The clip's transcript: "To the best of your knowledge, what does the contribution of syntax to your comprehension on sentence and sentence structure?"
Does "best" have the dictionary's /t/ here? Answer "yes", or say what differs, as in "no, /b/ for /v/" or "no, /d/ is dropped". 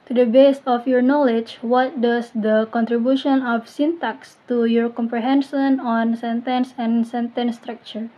no, /t/ is dropped